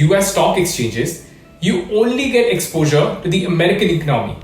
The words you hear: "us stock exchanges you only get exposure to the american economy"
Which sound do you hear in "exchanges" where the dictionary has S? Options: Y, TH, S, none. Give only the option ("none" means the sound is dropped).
S